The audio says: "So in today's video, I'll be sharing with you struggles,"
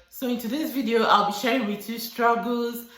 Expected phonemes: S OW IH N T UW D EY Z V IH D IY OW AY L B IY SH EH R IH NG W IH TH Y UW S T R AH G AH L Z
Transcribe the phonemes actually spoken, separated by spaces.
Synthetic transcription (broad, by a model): S OW IH N T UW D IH S V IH D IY OW AY L B IY SH EH R IH NG W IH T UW S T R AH G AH L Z